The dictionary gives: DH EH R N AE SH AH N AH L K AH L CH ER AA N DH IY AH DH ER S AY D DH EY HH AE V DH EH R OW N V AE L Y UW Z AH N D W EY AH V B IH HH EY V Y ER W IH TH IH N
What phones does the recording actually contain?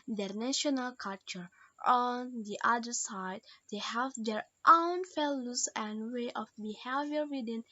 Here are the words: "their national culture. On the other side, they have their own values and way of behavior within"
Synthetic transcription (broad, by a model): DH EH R N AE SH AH N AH L K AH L CH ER AA N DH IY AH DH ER S AY D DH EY HH AE V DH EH R OW N F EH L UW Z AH N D W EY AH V B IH HH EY V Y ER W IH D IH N